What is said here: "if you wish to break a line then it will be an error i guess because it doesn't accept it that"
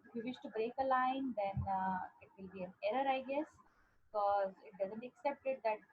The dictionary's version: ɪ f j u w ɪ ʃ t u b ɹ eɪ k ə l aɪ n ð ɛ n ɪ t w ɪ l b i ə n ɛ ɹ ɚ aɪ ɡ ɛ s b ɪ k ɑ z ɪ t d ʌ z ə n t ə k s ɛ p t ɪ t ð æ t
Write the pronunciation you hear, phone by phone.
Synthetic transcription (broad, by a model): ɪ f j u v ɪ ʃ t u b ɹ eɪ k ə l aɪ n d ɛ n ɪ t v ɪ l b i ə n ɛ ɹ ɚ aɪ ɡ ɛ s b ɪ k ɑ z ɪ t d ʌ z ə n t ə k s ɛ p t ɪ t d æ t